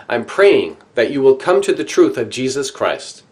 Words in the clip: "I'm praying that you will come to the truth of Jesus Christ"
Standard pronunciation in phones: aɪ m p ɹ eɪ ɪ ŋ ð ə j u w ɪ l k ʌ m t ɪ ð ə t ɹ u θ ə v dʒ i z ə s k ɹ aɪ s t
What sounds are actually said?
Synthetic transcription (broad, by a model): aɪ m p ɹ eɪ ɪ ŋ ð ə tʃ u w ɪ l k ʌ m t ɪ ð ə t ɹ u θ ə v dʒ i z ə s k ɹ aɪ s t